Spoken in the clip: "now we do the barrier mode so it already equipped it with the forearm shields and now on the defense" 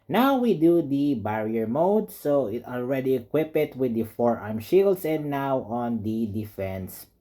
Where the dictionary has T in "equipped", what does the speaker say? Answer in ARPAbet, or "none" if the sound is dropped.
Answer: none